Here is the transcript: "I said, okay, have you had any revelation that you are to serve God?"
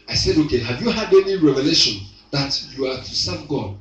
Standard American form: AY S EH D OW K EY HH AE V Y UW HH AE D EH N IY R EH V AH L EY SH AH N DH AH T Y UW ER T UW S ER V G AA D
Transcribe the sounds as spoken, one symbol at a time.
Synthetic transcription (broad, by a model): AY S EH D OW K EY HH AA V Y UW HH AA D EH N IY R EH V AH L EY SH AH N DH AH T Y UW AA T UW S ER V G AA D